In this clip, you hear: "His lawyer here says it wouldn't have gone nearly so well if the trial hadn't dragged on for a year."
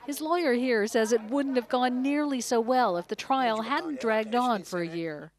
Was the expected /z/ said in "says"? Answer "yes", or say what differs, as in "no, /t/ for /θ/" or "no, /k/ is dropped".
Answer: yes